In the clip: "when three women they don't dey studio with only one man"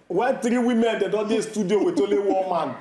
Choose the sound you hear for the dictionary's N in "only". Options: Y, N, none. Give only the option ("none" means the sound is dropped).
none